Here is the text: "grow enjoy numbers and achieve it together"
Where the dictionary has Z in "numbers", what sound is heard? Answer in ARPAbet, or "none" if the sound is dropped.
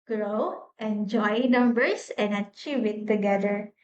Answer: S